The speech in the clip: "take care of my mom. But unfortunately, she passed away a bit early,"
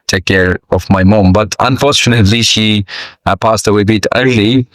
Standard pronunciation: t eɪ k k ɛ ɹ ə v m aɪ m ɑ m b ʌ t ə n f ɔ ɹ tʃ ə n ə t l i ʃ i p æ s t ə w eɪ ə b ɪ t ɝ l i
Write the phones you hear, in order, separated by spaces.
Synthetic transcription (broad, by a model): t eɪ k k ɛ ɹ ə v m aɪ m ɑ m b ʌ t ə n f ɔ ɹ tʃ ə n ə t l i ʃ i p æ s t ə w eɪ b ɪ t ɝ l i